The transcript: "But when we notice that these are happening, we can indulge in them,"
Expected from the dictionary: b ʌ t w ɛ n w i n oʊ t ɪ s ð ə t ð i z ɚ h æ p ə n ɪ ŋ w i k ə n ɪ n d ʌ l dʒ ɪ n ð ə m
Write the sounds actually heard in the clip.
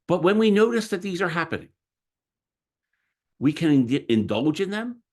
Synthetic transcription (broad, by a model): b ʌ t w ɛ n w i n oʊ t ɪ s ð ə t ð i z ɚ h æ p ə n ɪ ŋ w i k ə n ɪ n d ʌ l dʒ ɪ n ð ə m